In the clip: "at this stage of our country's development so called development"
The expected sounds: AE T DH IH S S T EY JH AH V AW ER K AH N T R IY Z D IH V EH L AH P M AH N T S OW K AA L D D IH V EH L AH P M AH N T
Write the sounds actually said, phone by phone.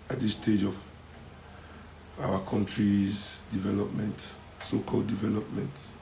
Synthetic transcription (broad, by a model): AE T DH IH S S T EY JH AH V AW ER K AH N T R IY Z D IH V EH L AH P M AH N T S OW K AA L D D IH V EH L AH P M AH N T